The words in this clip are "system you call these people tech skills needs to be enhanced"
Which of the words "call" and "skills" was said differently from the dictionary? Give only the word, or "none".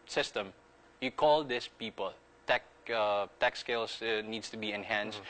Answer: skills